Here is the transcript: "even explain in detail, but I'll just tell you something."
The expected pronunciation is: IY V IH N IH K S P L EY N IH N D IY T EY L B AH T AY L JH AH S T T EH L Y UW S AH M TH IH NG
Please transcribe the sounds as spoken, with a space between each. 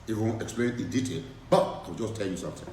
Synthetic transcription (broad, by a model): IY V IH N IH K S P L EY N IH D IY T EY L B AH T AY W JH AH S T T EH L Y UW S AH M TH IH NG